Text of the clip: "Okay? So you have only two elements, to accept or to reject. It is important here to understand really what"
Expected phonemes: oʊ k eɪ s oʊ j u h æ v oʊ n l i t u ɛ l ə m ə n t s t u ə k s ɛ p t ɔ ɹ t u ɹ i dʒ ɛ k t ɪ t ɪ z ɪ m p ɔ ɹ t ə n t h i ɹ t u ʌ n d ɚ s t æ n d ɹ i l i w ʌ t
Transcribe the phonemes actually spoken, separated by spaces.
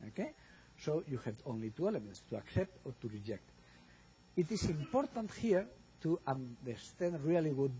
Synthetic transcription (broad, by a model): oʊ k eɪ s oʊ j u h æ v oʊ n l i t u ɛ l ə m ə n t s t u ə k s ɛ p t ɔ ɹ t u ɹ i dʒ ɛ k t ɪ t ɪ s ɪ m p ɔ ɹ t ə n t h i ɹ t u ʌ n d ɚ s t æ n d ɹ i l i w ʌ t